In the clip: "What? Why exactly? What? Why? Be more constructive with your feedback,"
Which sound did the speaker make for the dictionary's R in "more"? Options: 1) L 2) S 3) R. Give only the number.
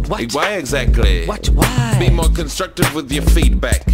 3